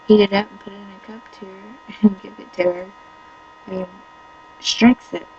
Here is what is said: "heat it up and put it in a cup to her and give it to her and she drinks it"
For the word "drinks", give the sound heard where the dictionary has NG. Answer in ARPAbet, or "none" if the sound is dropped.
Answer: none